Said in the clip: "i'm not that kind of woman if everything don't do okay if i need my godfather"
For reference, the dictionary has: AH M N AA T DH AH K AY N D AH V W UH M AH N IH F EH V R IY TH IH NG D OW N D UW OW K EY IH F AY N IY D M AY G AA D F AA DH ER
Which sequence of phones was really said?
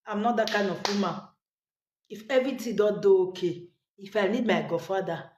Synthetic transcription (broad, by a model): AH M N AA T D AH K AY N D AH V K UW M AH IH F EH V R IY T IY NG D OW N D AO OW K EY IH F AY N IY D M AY G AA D F AA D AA